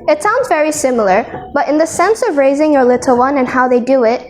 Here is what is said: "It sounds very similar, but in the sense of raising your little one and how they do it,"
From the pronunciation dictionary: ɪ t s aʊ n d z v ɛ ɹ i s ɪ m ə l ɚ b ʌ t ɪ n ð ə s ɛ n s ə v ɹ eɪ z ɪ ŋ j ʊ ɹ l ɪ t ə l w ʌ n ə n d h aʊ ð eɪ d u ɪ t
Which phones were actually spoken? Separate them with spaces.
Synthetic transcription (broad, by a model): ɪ t s aʊ n d z v ɛ ɹ i s ɪ m l ɚ b ʌ t ɪ n ð ə s ɛ n s ə v ɹ eɪ z ɪ ŋ j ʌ ɹ l ɪ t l w ʌ n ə n h aʊ ð eɪ d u ɪ t